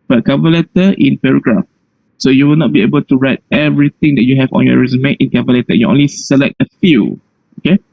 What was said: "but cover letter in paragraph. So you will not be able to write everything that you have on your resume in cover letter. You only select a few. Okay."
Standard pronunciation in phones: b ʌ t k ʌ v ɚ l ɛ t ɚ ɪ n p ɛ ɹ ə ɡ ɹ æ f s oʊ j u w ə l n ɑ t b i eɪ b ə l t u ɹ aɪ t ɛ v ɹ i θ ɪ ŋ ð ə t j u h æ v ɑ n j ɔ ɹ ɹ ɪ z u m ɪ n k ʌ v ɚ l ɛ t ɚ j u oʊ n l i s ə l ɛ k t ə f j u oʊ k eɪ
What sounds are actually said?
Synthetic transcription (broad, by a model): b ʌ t k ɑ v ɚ l ɛ t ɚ ɪ n p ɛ ɹ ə ɡ ɹ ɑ f s oʊ j u w ə l n ɑ t b i eɪ b ə l t u ɹ aɪ t ɛ v ɹ i t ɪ ŋ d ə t j u h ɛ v ɑ n j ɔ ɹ ɹ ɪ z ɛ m ɪ n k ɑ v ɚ l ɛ t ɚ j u oʊ n l i s ə l ɛ k t ə f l oʊ k eɪ